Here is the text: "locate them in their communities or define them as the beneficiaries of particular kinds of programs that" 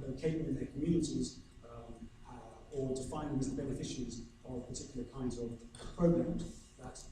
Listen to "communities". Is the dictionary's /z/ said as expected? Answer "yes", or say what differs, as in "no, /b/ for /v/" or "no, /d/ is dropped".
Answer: yes